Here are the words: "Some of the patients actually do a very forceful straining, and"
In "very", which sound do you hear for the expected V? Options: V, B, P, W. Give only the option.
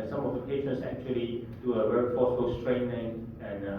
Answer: W